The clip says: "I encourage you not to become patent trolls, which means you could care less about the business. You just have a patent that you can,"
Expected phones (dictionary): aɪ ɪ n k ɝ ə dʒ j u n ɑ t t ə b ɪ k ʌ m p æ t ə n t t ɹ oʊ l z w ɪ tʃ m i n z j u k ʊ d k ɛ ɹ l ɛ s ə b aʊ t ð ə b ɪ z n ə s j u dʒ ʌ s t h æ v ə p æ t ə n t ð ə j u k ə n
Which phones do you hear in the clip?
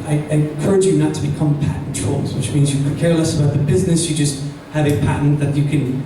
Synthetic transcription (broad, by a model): aɪ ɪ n k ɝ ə dʒ j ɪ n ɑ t t ə b ɪ k ʌ m p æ t n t t ɹ oʊ l z w ɪ tʃ m i n z j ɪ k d k ɛ ɹ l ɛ s ə b aʊ t ð ə b ɪ z n ə s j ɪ dʒ ʌ s t h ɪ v ə p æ t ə n ð ə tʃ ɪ k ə n